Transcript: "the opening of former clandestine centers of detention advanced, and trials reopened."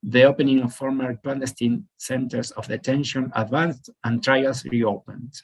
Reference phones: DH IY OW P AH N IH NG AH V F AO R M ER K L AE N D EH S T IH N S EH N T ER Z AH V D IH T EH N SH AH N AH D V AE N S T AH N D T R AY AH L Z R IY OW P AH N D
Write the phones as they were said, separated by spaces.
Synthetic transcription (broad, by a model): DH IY OW P AH N IH NG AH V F AO R M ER K L AE N D EH S T IH N S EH N T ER S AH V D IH T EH N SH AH N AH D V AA N S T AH N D T R AY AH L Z R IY OW P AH N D